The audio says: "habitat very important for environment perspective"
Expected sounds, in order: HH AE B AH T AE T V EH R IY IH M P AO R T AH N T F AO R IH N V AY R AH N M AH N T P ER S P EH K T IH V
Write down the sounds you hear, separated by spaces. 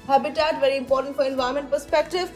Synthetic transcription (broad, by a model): HH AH B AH T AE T V EH R IY IH M P AO R T AH N T F AO R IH N V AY AH M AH N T P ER S P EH K T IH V